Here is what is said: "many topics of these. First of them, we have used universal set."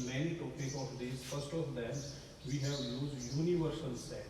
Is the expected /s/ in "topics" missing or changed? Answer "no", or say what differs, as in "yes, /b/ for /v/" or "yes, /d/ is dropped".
yes, /s/ is dropped